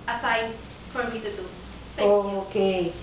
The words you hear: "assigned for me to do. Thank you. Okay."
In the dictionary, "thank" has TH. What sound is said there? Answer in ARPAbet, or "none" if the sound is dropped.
S